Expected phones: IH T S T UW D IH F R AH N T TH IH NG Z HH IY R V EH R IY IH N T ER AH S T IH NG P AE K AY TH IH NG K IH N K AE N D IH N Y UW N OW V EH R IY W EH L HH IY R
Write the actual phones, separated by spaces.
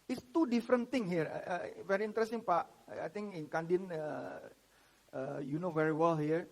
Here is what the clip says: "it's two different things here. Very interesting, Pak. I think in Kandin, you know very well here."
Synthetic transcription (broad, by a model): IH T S T UW D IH F R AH N T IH NG HH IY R V EH R IY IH N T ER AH S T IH NG P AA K AY T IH NG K IH N K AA N D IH N Y UW N OW V EH R IY W EH L HH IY R